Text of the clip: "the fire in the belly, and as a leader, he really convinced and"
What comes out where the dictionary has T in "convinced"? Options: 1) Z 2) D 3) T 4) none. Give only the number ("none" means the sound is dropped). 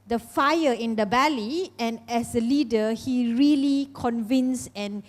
4